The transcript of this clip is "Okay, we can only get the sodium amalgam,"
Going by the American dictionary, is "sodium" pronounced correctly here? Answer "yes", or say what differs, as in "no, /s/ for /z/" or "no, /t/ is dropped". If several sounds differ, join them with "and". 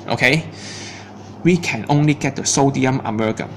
yes